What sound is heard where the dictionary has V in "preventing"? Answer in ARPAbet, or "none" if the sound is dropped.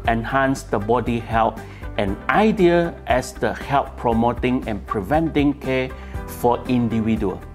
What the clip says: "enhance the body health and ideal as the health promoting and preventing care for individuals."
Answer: V